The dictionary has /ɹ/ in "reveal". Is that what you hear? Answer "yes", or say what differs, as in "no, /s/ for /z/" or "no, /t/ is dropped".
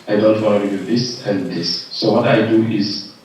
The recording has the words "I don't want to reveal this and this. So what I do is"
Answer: no, /l/ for /ɹ/